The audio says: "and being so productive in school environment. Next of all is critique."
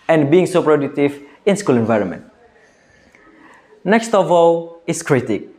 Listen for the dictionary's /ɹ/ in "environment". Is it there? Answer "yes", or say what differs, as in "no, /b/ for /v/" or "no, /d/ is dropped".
yes